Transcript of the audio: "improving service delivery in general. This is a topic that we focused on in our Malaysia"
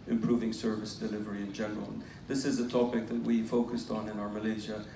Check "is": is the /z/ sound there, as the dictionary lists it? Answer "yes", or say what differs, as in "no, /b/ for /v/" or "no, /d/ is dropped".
yes